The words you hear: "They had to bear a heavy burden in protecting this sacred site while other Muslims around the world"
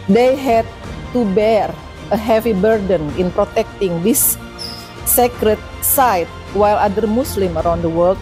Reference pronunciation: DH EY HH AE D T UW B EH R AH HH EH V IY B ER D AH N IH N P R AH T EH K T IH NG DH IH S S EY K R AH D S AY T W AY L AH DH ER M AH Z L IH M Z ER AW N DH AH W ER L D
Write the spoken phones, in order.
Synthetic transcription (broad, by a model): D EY HH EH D T UW B EH R AH HH EH V IY B ER D AH N IH N P R AH T EH K T IH NG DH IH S S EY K R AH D S AY T W AY L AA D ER M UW S L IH M ER AW N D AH W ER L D